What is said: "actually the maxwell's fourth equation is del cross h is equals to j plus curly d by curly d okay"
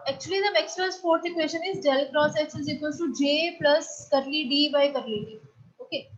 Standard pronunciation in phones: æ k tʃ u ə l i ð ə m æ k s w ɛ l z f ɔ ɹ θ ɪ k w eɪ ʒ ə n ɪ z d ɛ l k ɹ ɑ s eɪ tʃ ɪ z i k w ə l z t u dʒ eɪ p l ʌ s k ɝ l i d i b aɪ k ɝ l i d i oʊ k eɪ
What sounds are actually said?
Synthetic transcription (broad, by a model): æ k tʃ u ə l i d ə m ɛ k s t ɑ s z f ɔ ɹ t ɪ k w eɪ ʃ ə n ɪ z d ɛ l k ɹ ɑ s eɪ s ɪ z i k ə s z t u dʒ eɪ p l ʌ s k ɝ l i d i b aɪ k ɝ l i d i oʊ k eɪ